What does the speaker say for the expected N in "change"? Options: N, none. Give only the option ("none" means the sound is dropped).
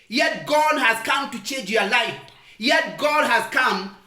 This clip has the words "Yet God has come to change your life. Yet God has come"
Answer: N